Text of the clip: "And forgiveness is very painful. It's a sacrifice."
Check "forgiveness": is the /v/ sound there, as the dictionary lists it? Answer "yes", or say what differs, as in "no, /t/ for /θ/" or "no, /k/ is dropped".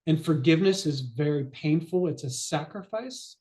yes